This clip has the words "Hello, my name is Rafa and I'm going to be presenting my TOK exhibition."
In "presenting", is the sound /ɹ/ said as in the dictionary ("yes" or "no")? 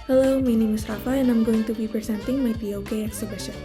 no